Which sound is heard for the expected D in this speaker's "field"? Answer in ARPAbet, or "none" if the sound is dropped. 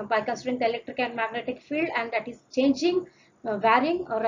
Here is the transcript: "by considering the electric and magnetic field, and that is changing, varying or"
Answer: D